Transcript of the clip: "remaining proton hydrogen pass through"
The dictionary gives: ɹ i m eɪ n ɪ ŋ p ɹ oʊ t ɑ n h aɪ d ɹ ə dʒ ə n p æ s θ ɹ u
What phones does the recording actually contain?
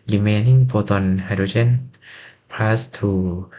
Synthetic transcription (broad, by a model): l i m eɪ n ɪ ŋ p oʊ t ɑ n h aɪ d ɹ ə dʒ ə n p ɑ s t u